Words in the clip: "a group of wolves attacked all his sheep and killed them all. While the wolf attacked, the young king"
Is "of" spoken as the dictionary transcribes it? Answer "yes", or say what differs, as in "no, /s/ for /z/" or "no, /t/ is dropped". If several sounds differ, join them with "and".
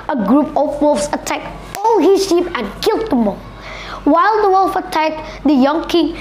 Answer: no, /p/ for /v/